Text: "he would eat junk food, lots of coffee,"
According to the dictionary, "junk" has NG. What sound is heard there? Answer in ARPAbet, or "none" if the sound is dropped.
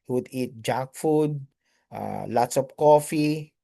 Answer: none